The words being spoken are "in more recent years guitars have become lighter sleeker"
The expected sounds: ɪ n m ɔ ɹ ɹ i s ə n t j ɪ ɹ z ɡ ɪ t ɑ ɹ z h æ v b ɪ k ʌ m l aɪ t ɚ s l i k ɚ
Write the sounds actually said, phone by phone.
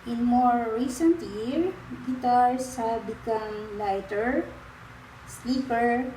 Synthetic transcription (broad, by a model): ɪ n m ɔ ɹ ɹ i s ə n t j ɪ ɹ ɡ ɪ t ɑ ɹ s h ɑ b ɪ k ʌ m l aɪ t ɚ s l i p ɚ